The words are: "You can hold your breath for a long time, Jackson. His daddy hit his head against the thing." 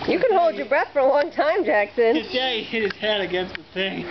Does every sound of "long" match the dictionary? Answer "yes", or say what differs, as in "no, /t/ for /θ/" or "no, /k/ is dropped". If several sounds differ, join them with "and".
no, /w/ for /l/